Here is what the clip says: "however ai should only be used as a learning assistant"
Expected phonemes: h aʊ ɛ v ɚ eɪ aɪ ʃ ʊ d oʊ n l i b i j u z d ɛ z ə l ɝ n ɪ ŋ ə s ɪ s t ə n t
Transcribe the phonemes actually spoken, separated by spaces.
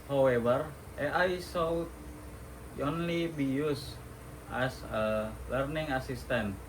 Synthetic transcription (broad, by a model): h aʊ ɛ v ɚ eɪ aɪ s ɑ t oʊ n l i b i j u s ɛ s ə l ɝ n ɪ ŋ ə s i s t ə n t